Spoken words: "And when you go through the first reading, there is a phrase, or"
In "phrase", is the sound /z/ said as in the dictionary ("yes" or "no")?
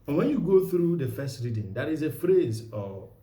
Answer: yes